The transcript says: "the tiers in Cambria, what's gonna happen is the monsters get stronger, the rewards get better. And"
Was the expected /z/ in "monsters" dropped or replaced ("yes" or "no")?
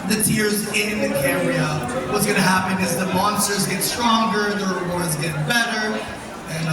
no